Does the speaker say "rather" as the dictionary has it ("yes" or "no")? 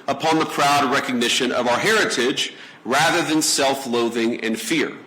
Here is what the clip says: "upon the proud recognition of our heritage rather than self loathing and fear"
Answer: yes